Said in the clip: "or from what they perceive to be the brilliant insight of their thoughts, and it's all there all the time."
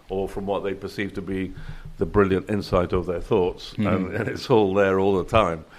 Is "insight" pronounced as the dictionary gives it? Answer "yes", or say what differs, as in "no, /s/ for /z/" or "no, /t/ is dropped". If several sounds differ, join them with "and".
yes